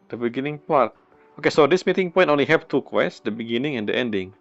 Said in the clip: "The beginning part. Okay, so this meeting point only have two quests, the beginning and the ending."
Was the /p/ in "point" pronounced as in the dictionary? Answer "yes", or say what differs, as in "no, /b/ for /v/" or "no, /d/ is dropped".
yes